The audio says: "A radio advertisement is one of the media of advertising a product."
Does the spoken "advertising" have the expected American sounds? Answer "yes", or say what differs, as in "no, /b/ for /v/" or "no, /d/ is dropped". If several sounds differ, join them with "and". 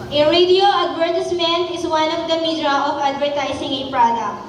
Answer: no, /s/ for /z/